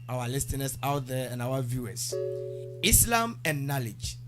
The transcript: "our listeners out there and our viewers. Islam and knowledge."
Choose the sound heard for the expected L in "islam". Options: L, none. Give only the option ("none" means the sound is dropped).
L